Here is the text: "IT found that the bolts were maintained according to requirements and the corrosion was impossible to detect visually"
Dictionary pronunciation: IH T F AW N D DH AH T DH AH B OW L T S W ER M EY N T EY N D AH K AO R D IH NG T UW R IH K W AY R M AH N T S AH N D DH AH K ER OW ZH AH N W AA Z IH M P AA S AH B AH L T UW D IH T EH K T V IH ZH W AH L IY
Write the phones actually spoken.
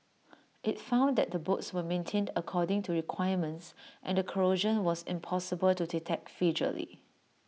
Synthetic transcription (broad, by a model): IH T F AW N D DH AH T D AH B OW T S W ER M EY N T EY N D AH K AO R D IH NG T UW R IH K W AY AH M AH N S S AH N D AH K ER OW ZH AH N W AA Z IH M P AA S AH B AH L T UW D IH T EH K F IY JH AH L IY